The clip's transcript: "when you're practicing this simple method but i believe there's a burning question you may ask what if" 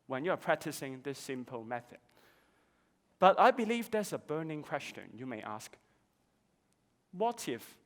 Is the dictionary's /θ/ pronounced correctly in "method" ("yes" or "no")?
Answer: yes